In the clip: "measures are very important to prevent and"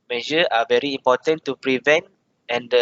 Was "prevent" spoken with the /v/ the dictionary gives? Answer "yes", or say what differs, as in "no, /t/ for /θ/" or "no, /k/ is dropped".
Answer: yes